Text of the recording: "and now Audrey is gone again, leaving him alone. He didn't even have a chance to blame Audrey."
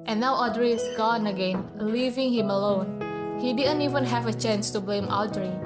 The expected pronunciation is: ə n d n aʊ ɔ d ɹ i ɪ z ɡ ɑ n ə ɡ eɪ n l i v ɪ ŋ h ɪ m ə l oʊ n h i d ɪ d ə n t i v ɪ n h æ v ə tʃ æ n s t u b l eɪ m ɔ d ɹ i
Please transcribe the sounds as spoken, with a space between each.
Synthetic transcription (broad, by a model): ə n n aʊ ɔ d ɹ i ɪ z ɡ ɑ n ə ɡ eɪ n l i v ɪ ŋ h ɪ m ə l oʊ n h i d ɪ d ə n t i v ɪ n h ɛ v ə tʃ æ n s t u b l eɪ m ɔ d ɹ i